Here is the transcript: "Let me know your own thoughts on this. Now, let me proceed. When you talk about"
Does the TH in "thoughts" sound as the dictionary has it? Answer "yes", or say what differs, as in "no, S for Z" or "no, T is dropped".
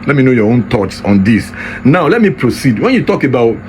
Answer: no, T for TH